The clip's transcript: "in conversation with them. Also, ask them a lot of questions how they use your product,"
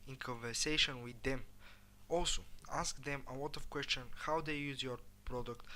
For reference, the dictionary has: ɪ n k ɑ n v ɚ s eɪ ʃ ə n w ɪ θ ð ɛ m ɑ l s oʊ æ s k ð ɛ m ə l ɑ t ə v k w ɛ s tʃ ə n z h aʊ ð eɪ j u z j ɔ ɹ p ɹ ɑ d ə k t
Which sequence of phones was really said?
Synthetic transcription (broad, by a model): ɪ n k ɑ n v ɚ s eɪ ʃ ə n w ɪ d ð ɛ m ɑ l s oʊ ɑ s k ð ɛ m ə l ɑ t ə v k w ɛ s tʃ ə n h aʊ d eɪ j u z j ɔ ɹ p ɹ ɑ d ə k t